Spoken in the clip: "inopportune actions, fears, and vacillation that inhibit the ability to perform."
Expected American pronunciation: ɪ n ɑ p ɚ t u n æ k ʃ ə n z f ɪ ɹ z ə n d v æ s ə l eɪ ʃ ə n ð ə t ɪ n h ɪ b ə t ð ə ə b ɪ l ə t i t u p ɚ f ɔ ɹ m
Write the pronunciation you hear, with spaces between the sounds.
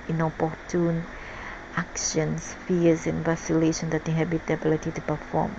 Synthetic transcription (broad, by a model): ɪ n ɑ p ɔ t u n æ k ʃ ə n s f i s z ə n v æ s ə l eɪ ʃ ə n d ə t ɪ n h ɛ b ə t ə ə b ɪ l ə t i t u p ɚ f ɔ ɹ m